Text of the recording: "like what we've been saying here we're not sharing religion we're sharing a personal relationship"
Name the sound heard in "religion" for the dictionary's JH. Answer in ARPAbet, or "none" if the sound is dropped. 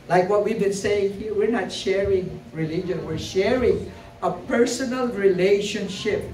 JH